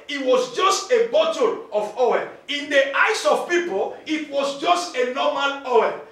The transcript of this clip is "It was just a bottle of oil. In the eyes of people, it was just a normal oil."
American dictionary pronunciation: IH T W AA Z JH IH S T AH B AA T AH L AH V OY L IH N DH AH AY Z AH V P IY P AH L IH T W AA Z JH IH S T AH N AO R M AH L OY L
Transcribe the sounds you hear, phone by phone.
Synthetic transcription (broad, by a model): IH T W AA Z JH IH S T AH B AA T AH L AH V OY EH IH N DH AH AY S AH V P IY P AH L IH T W AA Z JH IH S T AH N AO M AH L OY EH